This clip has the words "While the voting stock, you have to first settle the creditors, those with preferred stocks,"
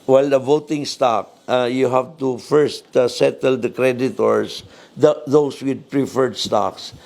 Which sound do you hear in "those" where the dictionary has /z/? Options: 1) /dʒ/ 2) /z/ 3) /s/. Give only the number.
3